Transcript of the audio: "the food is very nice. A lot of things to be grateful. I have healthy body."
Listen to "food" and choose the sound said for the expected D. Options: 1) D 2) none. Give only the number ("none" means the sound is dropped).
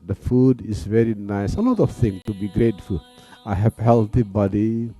1